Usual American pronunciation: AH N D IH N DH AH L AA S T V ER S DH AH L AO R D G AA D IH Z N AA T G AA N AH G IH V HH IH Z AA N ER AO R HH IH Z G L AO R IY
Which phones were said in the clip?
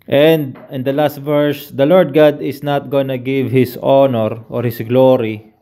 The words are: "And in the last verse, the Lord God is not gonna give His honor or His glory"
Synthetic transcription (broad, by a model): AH N D IH N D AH L AA S T V ER S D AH L AO R D G AA D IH S N AA T G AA N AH G IH V HH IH S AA N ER AO R HH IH S G L AO R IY